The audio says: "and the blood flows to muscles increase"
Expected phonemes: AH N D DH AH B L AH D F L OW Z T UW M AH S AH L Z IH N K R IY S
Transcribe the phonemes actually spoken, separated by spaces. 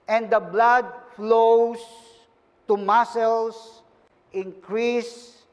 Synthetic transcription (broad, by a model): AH N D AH B L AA D F L OW S T UW M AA S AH L S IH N K R IY S